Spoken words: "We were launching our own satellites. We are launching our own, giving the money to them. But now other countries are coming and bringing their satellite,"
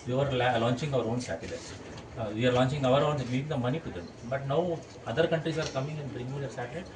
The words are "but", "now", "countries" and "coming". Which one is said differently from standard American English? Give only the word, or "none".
countries